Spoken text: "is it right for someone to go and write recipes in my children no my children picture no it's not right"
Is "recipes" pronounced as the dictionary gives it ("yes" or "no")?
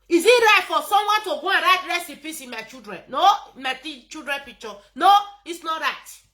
no